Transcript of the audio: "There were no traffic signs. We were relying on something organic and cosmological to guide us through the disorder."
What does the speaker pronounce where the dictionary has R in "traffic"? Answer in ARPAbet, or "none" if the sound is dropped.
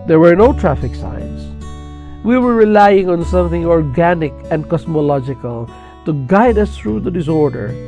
R